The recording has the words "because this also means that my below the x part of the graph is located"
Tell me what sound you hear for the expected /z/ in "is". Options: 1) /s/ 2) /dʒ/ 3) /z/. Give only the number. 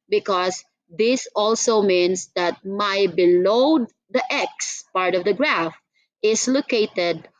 1